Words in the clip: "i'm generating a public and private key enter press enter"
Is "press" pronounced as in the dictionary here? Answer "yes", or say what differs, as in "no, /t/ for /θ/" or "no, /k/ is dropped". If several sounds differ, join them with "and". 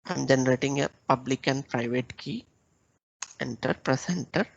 yes